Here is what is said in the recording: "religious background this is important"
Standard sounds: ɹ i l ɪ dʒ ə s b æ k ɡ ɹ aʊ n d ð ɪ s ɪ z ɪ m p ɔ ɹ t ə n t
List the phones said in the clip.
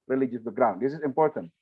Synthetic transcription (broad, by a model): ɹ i l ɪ dʒ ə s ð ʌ ɡ ɹ aʊ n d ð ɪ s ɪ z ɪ m p ɔ ɹ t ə n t